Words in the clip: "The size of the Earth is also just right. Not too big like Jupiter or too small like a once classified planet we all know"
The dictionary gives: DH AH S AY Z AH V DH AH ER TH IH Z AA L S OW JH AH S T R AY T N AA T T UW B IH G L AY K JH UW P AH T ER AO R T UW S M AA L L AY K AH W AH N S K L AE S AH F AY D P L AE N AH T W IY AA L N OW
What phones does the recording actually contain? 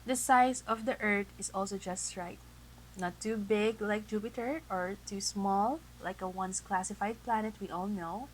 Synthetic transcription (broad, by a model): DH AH S AY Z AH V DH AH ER T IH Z AA L S OW JH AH S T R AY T N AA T T UW B IH G L AY K JH UW P AH T ER AO R T UW S M AA L L AY K AH W AH N S K L AE S AH F AY D P L AE N AH T W IY AA L N OW